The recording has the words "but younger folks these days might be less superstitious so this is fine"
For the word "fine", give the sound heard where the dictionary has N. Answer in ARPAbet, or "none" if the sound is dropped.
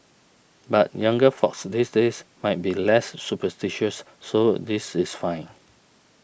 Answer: N